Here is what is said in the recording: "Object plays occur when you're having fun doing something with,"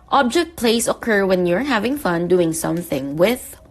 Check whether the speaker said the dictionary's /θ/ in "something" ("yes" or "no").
yes